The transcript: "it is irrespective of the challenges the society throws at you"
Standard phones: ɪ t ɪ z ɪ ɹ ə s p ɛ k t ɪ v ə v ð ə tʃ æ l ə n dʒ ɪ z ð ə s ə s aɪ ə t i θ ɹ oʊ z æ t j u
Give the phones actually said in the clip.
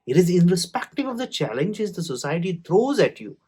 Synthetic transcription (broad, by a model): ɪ t ɪ z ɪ ɹ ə s p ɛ k t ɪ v ə v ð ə tʃ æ l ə n dʒ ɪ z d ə s ə s aɪ ə t i t ɹ oʊ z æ t j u